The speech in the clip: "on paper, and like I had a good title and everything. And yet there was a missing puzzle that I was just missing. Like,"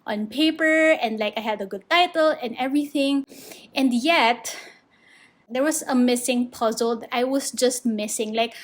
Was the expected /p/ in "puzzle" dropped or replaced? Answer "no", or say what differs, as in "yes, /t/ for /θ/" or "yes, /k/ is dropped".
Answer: no